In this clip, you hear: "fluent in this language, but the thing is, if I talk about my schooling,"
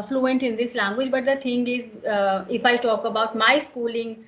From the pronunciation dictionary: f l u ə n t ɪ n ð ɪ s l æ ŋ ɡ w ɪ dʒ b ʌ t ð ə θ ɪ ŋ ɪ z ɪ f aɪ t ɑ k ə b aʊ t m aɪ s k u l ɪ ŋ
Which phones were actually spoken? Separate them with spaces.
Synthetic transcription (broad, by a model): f l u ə n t ɪ n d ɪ s l æ ŋ ɡ w ɪ dʒ b ʌ t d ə t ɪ ŋ ɪ z ɪ f aɪ t ɑ k ə b aʊ t m aɪ s k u l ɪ ŋ